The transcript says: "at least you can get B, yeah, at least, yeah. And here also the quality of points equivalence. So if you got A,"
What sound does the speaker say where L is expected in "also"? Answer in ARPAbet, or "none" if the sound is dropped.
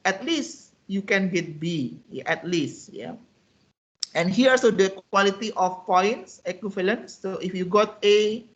none